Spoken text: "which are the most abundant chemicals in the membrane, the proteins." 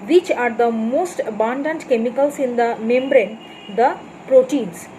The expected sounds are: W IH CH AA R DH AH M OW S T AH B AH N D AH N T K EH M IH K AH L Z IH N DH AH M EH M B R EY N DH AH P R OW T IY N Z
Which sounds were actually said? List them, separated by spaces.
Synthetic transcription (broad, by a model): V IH CH AA R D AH M OW S T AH B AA N D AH N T K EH M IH K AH L S IH N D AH M EH M B R EY N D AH P R OW T IY N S